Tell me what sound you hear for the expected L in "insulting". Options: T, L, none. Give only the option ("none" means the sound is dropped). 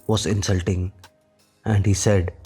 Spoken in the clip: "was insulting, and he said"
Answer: L